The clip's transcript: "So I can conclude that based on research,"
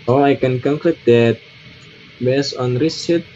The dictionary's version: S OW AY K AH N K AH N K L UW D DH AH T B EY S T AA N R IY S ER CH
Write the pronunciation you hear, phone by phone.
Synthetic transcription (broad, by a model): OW AY K AH N K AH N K L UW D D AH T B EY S AA N R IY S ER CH